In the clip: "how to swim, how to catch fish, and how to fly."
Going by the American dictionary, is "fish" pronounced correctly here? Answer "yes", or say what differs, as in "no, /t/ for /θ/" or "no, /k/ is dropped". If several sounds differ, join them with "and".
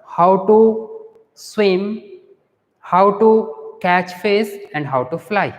no, /s/ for /ʃ/